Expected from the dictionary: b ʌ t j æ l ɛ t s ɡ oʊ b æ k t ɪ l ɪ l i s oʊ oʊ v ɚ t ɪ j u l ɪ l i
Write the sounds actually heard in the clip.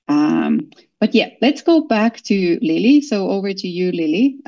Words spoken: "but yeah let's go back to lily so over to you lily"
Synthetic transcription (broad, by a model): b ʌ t j æ l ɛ t s ɡ oʊ b æ k t ɪ l ɪ l i s oʊ oʊ v ɚ t ɪ j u l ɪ l i